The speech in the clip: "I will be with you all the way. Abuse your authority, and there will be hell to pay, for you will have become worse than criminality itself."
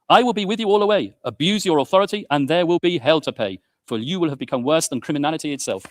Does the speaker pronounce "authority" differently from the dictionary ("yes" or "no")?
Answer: no